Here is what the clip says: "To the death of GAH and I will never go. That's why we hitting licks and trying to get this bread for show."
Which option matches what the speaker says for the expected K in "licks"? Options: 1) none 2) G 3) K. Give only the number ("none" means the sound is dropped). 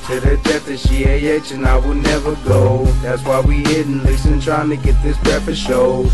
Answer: 1